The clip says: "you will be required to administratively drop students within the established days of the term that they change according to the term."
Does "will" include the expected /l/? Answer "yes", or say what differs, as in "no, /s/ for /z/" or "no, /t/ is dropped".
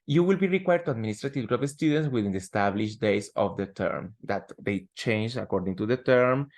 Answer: yes